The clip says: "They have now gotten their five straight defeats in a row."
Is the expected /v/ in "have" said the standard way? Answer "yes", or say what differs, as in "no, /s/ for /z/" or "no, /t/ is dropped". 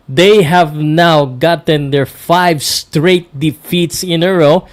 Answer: yes